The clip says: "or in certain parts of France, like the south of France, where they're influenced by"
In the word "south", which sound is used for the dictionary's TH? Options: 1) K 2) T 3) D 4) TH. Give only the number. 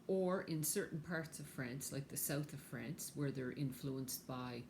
4